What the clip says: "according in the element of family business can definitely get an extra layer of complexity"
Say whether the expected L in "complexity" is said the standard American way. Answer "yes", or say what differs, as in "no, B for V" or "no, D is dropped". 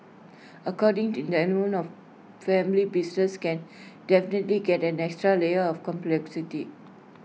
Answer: yes